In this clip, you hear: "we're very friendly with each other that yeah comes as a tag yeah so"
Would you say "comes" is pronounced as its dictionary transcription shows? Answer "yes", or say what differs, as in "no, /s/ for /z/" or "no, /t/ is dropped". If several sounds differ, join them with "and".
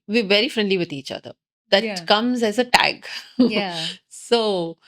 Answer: yes